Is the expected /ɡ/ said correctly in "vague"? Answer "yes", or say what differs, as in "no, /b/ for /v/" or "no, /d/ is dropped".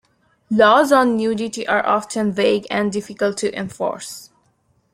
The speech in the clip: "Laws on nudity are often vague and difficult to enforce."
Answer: yes